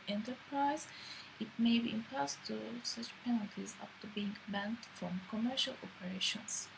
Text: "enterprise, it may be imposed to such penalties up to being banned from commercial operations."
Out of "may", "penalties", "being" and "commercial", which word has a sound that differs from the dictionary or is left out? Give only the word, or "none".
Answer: none